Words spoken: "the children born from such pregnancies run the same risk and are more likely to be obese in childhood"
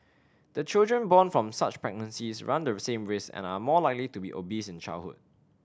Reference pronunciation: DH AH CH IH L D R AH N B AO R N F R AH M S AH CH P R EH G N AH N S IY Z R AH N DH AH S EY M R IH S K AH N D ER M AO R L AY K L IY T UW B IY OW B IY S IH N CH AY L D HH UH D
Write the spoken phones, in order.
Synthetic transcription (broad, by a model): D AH CH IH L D R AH N B AO N F R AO M S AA CH P R EH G N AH N S IY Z R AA N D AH S EY M R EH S AH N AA M AO L AY K L IY T UW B IY OW B IY S IH N CH AY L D HH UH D